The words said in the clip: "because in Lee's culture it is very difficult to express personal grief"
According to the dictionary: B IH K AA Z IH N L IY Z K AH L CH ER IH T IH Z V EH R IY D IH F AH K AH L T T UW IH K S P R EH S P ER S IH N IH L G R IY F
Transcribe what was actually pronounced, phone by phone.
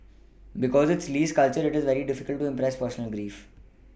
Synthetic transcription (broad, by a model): B IH K AA Z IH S L IY S K AH L CH ER IH T IH Z V EH R IY D IH F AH K AH L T T UW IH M P R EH S P ER S IH N IH L G R IY F